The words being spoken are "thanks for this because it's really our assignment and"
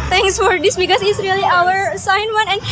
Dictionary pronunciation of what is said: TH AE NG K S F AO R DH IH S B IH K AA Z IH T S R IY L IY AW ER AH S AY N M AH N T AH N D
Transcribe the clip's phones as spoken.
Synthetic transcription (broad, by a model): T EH NG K S F AO R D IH S B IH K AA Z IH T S R IY L IY AW ER S AY N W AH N AH N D